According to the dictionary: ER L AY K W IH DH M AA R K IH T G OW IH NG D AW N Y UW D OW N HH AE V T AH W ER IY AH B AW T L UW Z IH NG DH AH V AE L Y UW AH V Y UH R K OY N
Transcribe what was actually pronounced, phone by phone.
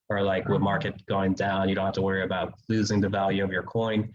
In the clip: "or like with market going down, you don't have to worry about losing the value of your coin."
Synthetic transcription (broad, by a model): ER L AY K W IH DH M AA R K IH T G OW IH NG D AW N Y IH D OW N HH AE F T AH W ER IY AH B AW T L UW Z IH NG DH AH V AE L Y UW AH V Y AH R K OY N